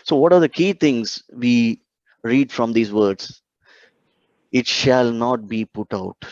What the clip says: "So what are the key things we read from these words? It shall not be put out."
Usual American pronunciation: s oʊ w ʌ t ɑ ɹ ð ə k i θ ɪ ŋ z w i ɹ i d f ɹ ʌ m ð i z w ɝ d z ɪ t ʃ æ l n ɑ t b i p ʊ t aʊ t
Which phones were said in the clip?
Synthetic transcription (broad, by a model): s oʊ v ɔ t ɑ ɹ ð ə k i t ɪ ŋ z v i ɹ i d f ɹ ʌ m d i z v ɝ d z ɪ t ʃ æ l n ɑ t b i p ʊ t aʊ t